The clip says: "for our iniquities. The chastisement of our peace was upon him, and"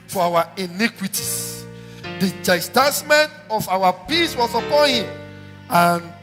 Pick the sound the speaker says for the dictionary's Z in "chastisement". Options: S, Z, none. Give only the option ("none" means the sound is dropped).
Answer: S